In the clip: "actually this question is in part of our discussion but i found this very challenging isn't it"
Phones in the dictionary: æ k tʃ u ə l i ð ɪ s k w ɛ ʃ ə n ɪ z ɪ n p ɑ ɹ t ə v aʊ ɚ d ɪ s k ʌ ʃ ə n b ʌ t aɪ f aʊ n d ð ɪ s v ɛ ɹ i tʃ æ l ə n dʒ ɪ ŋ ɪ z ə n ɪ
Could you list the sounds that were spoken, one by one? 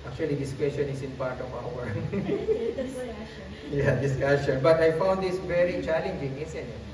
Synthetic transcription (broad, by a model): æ k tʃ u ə l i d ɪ s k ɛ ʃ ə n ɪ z ɪ n p ɑ ɹ t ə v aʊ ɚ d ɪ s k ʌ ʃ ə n b ʌ t aɪ f aʊ n d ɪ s v ɛ ɹ i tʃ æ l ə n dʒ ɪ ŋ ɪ s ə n